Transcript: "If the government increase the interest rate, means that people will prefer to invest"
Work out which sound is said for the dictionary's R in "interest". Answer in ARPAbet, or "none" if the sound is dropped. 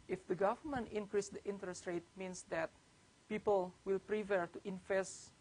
R